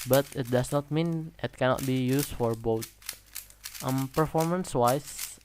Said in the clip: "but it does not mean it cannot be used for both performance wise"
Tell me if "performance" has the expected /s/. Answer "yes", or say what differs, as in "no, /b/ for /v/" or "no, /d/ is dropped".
yes